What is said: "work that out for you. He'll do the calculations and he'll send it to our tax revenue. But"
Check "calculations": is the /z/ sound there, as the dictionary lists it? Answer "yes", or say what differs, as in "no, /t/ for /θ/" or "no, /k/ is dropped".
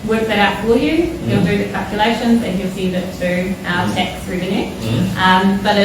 yes